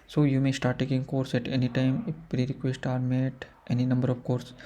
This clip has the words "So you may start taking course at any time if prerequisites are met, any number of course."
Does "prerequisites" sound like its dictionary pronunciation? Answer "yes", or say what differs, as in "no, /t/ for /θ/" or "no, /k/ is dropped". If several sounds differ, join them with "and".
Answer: no, /s/ is dropped